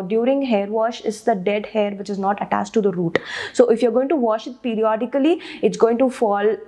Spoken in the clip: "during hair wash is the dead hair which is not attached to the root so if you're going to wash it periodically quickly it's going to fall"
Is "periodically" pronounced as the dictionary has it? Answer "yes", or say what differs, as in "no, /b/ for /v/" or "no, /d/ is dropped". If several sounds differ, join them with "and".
no, /l/ is dropped